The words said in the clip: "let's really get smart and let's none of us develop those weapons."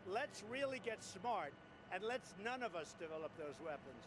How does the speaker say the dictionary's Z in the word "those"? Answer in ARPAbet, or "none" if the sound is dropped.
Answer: Z